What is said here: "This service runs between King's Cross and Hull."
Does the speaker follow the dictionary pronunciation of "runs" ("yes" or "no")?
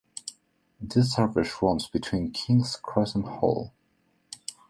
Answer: no